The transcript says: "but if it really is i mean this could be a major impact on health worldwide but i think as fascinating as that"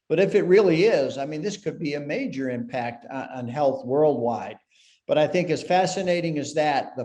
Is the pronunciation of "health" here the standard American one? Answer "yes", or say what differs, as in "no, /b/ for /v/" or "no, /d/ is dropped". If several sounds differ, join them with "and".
yes